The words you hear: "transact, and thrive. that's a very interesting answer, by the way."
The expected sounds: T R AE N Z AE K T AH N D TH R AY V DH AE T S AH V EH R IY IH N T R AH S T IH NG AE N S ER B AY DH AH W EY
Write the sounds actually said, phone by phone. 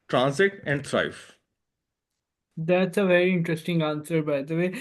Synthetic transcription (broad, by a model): T R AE N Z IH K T AH N D T R AY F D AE T S AH V EH R IY IH N T R AH S T IH NG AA N S ER B AY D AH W EY